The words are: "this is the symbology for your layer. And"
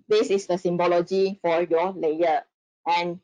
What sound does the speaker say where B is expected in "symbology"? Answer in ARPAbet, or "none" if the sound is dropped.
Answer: B